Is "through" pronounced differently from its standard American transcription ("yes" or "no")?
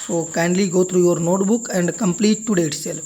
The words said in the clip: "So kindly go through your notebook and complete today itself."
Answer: yes